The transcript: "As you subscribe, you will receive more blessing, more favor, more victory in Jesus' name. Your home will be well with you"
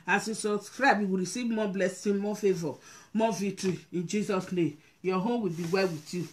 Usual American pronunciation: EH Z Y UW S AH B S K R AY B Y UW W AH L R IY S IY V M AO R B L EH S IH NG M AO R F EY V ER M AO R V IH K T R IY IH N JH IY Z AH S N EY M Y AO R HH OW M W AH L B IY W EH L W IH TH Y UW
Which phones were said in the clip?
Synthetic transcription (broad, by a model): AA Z Y UW S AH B S K R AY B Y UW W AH R IY S IY V M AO B L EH S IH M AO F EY V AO M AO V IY T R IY IH N JH IY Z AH S N EY M Y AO HH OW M W AH L B IY W EH L W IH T Y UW